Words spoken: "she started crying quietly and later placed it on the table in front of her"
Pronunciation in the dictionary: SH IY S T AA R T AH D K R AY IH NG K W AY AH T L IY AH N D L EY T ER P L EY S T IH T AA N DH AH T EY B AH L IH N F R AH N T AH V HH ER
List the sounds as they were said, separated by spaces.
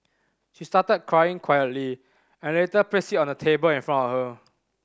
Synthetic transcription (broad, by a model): SH IY S T AA T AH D K R AY IH NG K W AY AH T L IY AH N L EY T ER P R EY S IH T AA N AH T EY B AH L IH N F R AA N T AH F HH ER